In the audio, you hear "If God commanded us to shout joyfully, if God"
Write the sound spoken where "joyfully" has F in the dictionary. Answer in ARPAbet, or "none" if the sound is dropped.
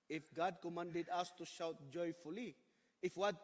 F